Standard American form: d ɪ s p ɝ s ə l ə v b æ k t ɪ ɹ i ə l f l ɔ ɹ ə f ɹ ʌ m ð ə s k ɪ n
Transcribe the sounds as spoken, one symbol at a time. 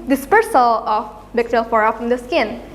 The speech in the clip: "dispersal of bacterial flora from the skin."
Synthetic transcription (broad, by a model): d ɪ s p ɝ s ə l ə f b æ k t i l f ɔ ɹ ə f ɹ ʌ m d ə s k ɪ n